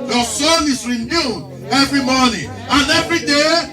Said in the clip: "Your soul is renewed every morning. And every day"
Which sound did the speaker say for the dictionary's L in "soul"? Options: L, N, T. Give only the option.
N